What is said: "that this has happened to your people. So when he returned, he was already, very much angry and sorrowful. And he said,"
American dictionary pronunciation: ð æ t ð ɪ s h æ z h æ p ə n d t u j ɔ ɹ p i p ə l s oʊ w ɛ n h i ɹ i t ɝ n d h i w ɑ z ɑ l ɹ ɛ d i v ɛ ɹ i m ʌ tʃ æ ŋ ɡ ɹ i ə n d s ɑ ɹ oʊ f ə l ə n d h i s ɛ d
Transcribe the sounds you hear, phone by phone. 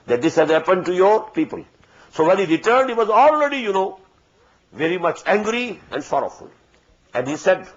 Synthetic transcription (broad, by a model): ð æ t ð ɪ s h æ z h æ p ə n d t u j ɔ ɹ p i p ə l s oʊ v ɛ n h i ɹ i t ɝ n d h i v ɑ z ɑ l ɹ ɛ d i v ɛ ɹ i m ʌ tʃ æ ŋ ɡ ɹ i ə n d s ɑ ɹ oʊ f ə l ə n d h i s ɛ d